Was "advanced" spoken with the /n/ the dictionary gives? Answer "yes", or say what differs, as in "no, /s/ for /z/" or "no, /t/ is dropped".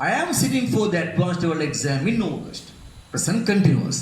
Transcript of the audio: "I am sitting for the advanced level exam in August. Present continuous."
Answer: no, /n/ is dropped